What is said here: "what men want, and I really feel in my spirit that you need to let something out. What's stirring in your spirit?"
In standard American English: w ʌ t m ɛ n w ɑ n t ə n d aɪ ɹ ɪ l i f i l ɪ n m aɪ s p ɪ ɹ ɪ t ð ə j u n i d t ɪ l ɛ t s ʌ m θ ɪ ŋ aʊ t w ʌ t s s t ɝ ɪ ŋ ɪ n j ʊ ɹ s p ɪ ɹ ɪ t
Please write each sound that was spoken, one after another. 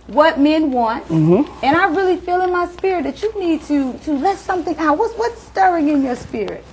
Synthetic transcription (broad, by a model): w ʌ t m ɛ n w ɑ n t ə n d aɪ ɹ ɪ l i f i l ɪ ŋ m aɪ s p ɪ ɹ ɪ t ð ə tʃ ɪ n i d t ɪ l ɛ t s ʌ m θ ɪ ŋ aʊ t w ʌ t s s t ɝ ɪ ŋ ɪ n j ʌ ɹ s p ɪ ɹ ɪ t